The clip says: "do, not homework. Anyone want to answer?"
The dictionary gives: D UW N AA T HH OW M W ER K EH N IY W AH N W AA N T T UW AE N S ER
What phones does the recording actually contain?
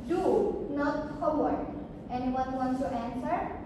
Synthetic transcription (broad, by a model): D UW N AA T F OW W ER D EH N IY W AH N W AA N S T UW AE N S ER